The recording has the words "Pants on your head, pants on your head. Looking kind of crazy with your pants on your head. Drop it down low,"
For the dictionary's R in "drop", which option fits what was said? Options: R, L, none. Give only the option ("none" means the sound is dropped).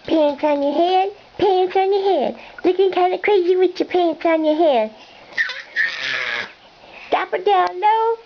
none